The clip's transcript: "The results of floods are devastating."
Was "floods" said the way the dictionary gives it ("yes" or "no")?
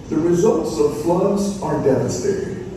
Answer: yes